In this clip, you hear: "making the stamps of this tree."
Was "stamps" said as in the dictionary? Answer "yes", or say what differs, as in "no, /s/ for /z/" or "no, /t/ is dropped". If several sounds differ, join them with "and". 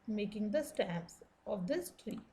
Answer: no, /m/ is dropped